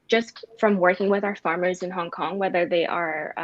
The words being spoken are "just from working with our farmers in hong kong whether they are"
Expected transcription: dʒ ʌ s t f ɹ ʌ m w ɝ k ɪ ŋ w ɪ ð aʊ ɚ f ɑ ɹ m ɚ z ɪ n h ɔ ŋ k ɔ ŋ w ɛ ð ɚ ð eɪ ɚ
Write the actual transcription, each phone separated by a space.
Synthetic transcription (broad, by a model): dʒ ʌ s t f ɹ ʌ m w ɝ k ɪ ŋ w ɪ ð aʊ ɚ f ɑ ɹ m ɚ z ɪ n h ɔ ŋ k ɔ ŋ w ɛ ð ɚ ð eɪ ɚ